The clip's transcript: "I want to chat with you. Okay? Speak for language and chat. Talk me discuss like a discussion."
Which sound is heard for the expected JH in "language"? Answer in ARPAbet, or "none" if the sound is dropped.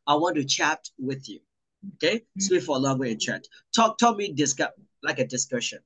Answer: none